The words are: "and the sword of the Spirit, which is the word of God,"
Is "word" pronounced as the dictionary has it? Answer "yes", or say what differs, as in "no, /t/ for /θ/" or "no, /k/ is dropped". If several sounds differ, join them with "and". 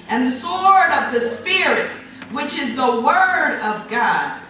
yes